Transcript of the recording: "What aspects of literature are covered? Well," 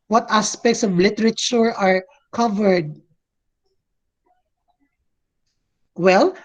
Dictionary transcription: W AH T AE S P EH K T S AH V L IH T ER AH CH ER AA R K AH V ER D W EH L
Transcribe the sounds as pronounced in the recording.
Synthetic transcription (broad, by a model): W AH T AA S P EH K T S AH V L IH T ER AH CH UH AA R K AH V ER D W EH L